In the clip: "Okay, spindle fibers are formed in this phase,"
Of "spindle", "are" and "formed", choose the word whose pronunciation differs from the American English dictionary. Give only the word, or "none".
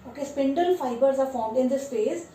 none